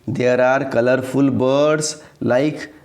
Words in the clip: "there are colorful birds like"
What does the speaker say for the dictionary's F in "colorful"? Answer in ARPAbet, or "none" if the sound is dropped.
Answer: P